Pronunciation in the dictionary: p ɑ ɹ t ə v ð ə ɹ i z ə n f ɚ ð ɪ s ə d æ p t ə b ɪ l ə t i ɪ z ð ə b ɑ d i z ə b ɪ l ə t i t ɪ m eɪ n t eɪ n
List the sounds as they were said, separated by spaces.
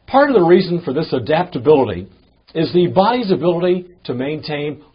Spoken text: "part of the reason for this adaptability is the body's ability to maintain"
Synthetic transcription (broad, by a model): p ɑ ɹ t ə v ð ə ɹ i z n f ɚ ð ɪ s ə d æ p t ə b ɪ l ə t i ɪ z ð ə b ɑ d i z ə b ɪ l ə t i t ɪ m eɪ n t eɪ n